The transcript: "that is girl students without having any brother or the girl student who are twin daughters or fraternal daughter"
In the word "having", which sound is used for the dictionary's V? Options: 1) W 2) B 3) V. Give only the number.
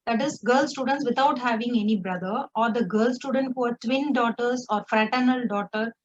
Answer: 3